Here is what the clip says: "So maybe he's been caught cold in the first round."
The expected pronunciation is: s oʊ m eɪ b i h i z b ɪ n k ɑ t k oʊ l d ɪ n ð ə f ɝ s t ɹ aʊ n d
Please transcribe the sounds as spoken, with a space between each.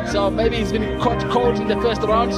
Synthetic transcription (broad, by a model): s oʊ m eɪ b i h i z b ɪ n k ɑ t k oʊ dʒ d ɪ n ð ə f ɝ s t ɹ aʊ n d